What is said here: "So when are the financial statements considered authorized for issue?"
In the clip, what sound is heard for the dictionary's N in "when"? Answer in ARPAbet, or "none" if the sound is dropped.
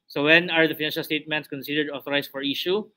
N